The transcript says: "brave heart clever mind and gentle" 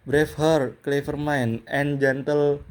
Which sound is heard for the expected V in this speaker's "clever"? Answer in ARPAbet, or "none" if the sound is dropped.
F